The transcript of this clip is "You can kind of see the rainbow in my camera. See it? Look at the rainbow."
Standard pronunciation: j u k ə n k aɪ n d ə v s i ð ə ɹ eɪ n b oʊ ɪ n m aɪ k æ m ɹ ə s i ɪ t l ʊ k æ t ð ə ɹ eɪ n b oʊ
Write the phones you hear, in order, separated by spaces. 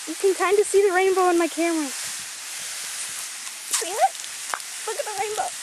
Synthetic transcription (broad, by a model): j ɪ k ə n k aɪ n d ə s i ð ə ɹ eɪ n b oʊ ɪ n m aɪ k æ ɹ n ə s i ɪ t l ʊ k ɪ t ð ə ɹ eɪ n b oʊ